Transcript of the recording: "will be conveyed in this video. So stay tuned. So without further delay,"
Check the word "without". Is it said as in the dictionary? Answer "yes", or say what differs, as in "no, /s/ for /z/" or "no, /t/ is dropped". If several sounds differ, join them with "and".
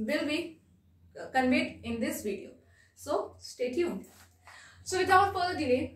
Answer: no, /t/ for /θ/